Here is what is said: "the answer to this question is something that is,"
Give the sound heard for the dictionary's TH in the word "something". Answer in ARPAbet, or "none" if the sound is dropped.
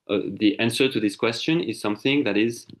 TH